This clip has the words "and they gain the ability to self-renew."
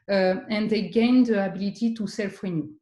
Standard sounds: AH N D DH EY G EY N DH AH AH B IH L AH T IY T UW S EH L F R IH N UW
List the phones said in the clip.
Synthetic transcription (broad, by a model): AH N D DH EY G EY N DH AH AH B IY L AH T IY T UW S EH L F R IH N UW